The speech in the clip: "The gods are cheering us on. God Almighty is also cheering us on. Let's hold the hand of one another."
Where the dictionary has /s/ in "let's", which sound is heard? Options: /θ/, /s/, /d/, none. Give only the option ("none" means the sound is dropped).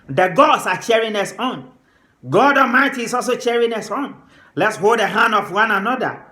/s/